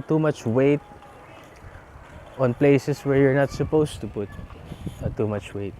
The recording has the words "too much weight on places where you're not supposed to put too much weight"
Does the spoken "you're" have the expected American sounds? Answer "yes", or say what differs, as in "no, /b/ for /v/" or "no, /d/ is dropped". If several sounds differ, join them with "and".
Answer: yes